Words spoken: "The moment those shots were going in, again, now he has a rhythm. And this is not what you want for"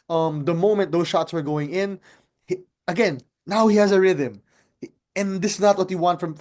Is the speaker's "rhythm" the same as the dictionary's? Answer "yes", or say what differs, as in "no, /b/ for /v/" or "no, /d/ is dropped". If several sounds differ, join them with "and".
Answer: yes